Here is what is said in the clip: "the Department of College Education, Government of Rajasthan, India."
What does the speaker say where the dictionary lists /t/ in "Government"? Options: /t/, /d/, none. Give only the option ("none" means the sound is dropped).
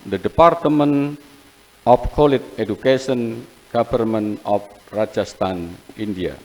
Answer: none